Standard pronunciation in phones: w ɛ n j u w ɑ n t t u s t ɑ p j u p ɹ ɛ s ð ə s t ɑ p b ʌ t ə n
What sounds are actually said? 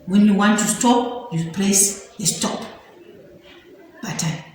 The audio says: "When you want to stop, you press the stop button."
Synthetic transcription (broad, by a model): w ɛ n j u w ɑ n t t u s t ɑ p j u p l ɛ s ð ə s t ɑ p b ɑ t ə